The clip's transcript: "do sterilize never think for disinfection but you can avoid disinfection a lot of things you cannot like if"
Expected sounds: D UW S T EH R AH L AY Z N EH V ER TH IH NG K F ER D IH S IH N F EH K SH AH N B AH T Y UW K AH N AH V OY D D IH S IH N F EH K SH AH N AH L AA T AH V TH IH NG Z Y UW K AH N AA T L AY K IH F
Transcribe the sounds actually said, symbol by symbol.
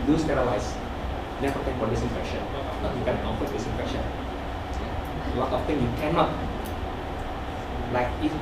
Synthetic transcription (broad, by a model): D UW S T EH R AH L AY S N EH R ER T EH K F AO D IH S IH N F EH K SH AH N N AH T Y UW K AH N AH F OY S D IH S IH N F EH K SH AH N AH L AA T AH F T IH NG Y UW K AH N AA T L AY K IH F